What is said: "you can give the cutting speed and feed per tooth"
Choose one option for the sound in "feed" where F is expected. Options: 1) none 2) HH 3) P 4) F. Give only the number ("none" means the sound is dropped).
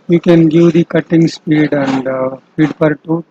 3